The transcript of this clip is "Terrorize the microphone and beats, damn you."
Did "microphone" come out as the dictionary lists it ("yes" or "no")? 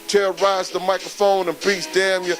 yes